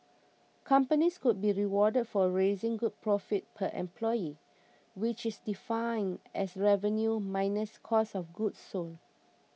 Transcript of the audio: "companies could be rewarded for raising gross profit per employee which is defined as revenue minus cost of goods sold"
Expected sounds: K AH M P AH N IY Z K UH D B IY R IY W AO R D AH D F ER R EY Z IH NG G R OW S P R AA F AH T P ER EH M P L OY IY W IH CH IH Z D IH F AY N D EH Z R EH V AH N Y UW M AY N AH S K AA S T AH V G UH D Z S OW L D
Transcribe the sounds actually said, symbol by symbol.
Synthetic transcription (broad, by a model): K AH M P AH N IY S K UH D B IY R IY W AO D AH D F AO R EY Z IH NG G UW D P R AA F AH T P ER EH M P L OY IY W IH CH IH S D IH F AY N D EH S R EH V AH N Y UW M AY N AH S K AA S AH F G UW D S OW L